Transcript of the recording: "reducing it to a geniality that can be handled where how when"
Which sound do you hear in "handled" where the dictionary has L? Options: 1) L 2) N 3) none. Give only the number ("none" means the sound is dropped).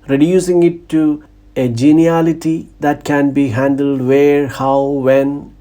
1